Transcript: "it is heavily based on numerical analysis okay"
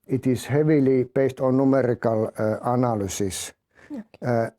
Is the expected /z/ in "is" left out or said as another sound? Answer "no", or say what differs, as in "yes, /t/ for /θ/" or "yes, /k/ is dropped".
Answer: yes, /s/ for /z/